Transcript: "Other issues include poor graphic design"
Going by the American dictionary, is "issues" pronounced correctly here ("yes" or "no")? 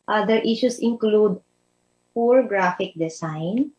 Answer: no